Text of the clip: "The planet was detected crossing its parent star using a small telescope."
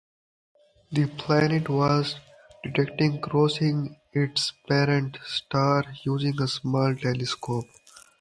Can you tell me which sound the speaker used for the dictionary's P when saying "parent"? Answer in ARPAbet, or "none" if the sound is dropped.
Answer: P